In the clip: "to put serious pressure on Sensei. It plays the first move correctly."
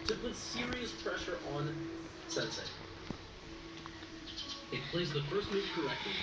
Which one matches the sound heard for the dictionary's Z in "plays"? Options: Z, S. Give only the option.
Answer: Z